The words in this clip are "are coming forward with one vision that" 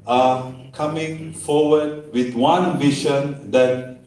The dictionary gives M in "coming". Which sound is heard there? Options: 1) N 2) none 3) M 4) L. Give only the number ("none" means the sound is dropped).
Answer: 3